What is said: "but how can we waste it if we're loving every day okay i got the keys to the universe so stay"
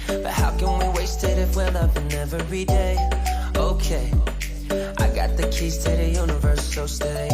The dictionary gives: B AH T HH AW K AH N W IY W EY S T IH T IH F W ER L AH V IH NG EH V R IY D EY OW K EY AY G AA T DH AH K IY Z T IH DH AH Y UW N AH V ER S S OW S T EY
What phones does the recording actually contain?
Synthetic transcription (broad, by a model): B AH T HH AW K AH N W IY W EY S T IH T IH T W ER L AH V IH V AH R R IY D EY OW K EY AY G AA T DH AH K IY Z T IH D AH Y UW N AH V ER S S OW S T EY